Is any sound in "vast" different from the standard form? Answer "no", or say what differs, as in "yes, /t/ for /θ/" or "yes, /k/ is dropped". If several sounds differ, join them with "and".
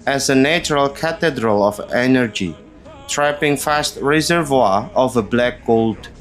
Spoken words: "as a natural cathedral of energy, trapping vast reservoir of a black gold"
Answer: yes, /f/ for /v/